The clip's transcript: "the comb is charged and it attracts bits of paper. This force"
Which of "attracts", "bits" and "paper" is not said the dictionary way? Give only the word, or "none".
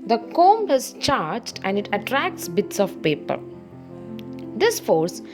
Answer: none